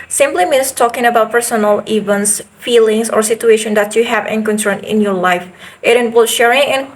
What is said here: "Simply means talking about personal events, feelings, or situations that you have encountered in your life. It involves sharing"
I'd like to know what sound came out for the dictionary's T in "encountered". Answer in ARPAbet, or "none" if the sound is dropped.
S